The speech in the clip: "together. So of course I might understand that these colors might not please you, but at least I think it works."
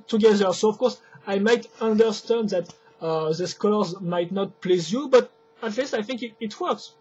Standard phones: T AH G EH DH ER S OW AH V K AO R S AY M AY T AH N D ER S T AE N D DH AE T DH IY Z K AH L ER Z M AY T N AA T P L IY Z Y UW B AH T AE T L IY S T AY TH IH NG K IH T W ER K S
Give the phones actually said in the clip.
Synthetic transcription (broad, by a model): T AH G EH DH ER S OW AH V K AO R S AY M AY T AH N D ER S T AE N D DH AE T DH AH S K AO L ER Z M AY T N AA T P L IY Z Y UW B AH T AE T L IY S T AY TH IH NG K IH T W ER K S